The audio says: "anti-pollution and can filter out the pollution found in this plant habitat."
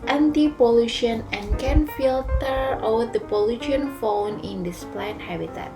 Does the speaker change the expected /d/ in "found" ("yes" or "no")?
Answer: yes